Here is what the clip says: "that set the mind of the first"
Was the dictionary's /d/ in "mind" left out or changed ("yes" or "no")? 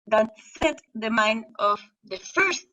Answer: yes